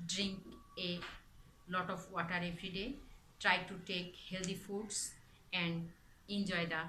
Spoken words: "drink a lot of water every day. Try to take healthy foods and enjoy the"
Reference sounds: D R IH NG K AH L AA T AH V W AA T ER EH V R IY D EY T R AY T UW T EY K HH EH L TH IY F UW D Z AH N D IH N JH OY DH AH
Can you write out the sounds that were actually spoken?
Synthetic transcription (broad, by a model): D R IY NG K AH L AA T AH F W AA T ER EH F R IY D EY T R AY T UW T EY K HH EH L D IY F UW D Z AH N D IH N JH OY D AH